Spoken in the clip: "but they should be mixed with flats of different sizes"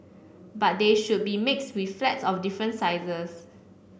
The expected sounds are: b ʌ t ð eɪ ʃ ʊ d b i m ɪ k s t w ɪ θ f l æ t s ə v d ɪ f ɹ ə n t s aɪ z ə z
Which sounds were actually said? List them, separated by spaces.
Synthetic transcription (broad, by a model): b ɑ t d eɪ ʃ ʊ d b i m ɪ k s t w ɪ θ f l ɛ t s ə f d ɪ f ɹ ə n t s aɪ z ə s